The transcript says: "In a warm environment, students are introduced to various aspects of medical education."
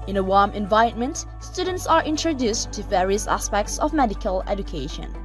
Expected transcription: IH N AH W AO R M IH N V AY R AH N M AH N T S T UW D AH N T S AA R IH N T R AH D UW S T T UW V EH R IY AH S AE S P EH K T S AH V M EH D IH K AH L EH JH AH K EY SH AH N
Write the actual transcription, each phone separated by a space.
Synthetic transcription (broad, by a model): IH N AH W AO R M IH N V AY AH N M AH N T S T UW D AH N T S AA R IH N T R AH D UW S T T UW V EH R IY AH S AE S P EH K T S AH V M EH D IH K AH L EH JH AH K EY SH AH N